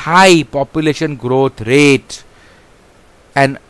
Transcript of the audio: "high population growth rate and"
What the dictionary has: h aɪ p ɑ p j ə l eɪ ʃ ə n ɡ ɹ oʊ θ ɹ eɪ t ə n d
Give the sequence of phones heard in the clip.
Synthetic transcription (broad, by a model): h aɪ p ɑ p j ə l eɪ ʃ ə n ɡ ɹ oʊ t ɹ eɪ t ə n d